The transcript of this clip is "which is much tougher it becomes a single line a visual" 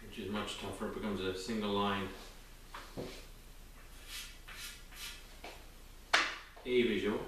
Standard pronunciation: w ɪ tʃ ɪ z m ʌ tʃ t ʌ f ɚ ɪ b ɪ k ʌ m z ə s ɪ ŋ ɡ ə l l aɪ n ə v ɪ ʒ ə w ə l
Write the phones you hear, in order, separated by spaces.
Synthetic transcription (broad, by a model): w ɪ tʃ ɪ z m ʌ tʃ t ʌ f ɚ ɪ b ɪ k ʌ m z ə s ɪ ŋ ɡ ə l l aɪ n ə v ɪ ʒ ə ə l